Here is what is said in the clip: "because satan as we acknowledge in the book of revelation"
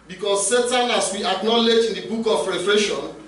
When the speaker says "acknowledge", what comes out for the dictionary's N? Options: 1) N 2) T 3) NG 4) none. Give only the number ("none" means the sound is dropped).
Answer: 1